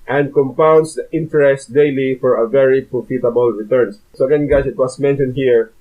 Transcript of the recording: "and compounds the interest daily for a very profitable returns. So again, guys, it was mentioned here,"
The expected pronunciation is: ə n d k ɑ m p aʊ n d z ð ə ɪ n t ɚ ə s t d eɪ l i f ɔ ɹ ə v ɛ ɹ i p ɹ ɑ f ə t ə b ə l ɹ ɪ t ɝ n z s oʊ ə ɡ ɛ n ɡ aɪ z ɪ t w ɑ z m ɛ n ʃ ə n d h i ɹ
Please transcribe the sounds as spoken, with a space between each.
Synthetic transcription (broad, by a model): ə n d k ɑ m p aʊ n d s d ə ɪ n t ɚ ə s t d eɪ l i f ɔ ɹ ə v ɛ ɹ i p ɹ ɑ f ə t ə b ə l ɹ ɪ t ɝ n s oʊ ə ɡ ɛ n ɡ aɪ s ɪ t w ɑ s m ɛ n ʃ ə n d h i ɹ